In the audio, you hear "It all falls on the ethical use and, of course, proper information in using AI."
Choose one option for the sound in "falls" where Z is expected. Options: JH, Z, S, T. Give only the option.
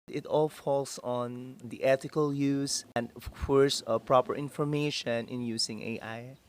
S